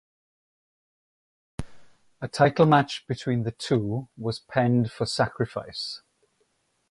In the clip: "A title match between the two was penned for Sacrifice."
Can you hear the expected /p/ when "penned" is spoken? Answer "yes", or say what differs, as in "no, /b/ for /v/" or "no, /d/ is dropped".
yes